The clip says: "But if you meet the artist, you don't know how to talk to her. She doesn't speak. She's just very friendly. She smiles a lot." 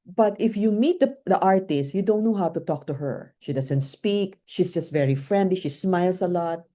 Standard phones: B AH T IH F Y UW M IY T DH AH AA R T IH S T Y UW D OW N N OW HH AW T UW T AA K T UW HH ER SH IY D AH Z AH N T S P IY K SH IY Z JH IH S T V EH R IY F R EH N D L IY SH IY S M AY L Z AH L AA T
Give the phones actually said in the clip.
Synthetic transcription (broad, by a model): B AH T IH F Y UW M IY T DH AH AA R T IH S T Y UW D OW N N OW HH AW T UW T AA K T UW HH ER SH IY D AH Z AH N T S P IY K SH IY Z JH IH S T V EH R IY F R EH N D L IY SH IY S M AY L S AH L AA T